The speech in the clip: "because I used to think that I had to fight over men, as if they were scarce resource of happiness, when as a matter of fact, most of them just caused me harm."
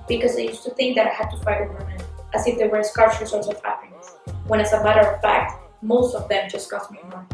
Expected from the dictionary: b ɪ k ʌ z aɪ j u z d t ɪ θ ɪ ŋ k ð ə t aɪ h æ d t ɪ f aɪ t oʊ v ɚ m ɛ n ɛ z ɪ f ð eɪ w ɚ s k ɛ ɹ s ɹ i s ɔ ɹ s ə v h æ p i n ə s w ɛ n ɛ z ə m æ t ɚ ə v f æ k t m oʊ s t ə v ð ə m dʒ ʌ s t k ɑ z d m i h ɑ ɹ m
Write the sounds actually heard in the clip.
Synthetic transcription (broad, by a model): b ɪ k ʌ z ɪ j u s t ɪ θ ɪ ŋ k ð ə t aɪ h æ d t ɪ f aɪ t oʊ w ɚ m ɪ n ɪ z ɪ f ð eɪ w ɚ s k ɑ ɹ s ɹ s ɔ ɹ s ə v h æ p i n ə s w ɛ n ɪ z ə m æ t ɚ ə v f æ k t m oʊ s t ə v ð ə m dʒ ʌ s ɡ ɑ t m i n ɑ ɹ